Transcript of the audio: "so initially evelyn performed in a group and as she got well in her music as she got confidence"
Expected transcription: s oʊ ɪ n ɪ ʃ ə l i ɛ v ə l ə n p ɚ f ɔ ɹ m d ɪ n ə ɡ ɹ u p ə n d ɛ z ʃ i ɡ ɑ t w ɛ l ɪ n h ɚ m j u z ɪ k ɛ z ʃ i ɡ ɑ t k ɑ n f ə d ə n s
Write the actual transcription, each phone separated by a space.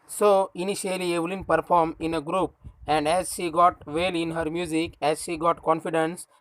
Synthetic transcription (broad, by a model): s oʊ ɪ n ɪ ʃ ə l i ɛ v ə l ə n p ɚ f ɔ ɹ m ɪ n ə ɡ ɹ u p ə n d ɛ z ʃ i ɡ ɑ t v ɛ l ɪ n h ɚ m j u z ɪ k ɛ z ʃ i ɡ ɑ t k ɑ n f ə d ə n s